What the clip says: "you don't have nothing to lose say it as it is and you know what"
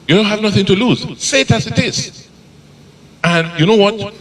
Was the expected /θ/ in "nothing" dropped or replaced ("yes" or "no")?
no